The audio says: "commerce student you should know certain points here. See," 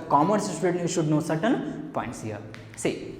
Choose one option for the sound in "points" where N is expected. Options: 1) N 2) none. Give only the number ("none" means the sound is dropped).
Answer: 1